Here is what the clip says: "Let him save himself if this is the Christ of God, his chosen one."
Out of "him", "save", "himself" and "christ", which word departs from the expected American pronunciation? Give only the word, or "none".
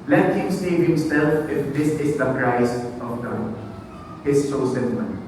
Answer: christ